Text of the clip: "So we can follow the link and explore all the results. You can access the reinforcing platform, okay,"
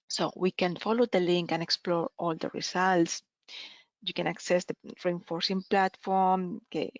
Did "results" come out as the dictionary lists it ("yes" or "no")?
no